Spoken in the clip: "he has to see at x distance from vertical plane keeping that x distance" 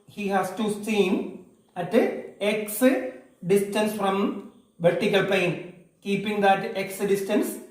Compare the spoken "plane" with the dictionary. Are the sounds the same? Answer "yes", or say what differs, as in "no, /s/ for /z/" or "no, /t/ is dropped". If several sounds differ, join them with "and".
no, /l/ is dropped